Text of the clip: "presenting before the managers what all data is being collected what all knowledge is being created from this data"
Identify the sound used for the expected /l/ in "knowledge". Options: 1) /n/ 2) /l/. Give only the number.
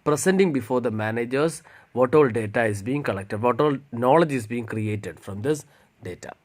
2